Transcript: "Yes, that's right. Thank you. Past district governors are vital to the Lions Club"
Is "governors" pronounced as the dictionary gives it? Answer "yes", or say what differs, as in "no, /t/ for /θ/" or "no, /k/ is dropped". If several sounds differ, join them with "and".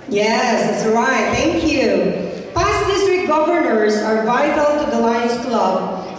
yes